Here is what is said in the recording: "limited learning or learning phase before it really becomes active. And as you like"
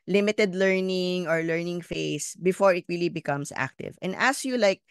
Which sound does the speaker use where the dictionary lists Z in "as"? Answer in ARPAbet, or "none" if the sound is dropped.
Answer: S